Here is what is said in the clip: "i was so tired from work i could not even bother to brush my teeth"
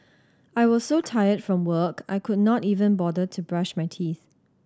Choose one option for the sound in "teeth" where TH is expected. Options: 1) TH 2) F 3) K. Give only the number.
1